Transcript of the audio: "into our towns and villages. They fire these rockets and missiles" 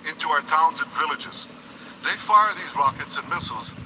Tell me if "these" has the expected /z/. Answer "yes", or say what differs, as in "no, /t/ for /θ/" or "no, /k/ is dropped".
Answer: yes